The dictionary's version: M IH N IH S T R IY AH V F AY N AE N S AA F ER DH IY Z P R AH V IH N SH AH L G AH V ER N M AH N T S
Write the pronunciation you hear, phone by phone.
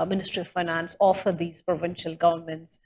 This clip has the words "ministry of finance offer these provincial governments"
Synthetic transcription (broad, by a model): M IH N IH S T R IY AH V F AY N AE N S AA F ER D IY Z P R AH V IH N SH AH L G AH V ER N M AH N T S